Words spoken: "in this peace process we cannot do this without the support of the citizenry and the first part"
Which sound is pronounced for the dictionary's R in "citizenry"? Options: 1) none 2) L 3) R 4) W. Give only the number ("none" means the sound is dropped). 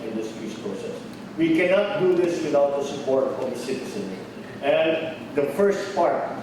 1